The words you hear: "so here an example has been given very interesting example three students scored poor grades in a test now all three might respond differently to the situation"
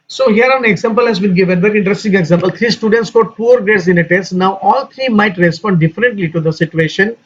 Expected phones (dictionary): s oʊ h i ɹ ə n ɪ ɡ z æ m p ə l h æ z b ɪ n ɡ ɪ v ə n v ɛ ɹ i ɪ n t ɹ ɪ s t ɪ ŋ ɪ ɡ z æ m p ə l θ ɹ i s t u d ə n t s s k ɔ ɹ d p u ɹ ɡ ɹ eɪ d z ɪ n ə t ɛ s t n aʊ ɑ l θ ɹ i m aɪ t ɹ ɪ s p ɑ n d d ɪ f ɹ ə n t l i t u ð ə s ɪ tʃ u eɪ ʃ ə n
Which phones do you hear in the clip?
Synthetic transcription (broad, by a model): s oʊ h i ɹ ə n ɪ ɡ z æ m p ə l h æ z b ɪ n ɡ ɪ v ə n v ɛ ɹ i ɪ n t ɹ ɪ s t ɪ ŋ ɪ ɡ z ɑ m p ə l t ɹ i s t u d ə n t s s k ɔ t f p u ɹ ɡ eɪ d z ɪ n ə t ɛ s t n aʊ ɑ l t ɹ i m aɪ t ɹ ɪ s p ɑ n d d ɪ f ɹ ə n t l i t u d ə s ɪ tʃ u eɪ ʃ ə n